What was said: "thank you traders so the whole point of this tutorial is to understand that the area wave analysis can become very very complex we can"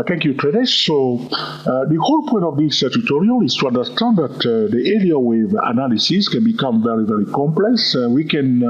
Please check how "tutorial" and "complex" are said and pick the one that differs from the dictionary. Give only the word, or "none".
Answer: none